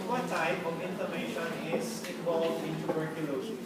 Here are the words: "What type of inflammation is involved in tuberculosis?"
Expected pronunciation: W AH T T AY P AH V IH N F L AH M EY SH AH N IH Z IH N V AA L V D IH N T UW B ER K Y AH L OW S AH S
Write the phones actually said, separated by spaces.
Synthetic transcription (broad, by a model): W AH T T AY P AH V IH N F AH M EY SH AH N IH S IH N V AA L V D IH N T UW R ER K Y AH L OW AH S